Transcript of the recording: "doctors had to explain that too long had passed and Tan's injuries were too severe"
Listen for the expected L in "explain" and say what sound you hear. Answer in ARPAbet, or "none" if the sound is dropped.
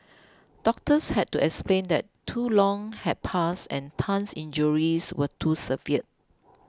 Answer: L